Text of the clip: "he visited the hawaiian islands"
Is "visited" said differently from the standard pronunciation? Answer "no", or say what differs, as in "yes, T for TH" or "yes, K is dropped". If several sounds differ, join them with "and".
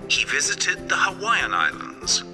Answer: no